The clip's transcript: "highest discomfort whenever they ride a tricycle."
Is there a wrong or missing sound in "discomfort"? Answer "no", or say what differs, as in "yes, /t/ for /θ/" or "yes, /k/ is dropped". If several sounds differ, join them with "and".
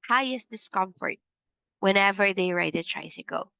no